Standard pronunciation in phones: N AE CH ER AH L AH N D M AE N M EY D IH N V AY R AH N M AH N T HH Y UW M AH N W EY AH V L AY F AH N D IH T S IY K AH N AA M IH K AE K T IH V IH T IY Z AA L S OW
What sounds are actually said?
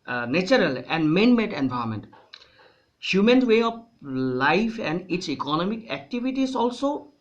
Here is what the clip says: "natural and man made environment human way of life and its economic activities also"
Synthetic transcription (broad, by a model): N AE CH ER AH L AH N D M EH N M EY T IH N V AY AH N M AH N T HH Y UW M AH N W EY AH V L AY F AH N D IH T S IY K AH N AA M IH K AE K T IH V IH T IY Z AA L S OW